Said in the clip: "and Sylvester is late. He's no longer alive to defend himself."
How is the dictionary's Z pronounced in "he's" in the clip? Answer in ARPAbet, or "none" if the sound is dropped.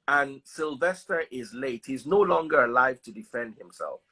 Z